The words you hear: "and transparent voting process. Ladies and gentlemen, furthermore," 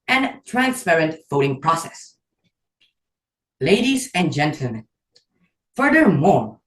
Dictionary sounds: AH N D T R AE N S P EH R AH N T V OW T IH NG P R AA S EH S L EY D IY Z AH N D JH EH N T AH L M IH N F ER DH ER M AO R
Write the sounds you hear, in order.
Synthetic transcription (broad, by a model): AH N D T R AE N S P EH R AH N T F OW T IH NG P R AA S EH S L EY D IY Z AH N JH EH N T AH L M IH N F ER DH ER M AO R